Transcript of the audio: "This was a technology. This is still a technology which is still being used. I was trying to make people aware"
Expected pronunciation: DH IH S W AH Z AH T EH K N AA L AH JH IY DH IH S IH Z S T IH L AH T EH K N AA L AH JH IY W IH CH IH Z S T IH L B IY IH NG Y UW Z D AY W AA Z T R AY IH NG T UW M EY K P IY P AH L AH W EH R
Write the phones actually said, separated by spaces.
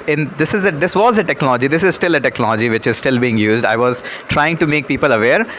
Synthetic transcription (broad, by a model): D IH S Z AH Z AH T EH K N AA L AH JH IY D IH S IH Z S T IH L AH T EH K N AA L AH JH IY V IH CH IH Z S T IH L B IY IH NG Y UW Z D AY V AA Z T R AY IH NG T UW M EY K P IY P AH L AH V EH R